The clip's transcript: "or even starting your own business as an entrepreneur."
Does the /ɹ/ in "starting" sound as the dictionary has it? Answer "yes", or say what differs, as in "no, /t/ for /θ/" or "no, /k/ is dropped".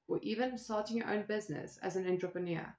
no, /l/ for /ɹ/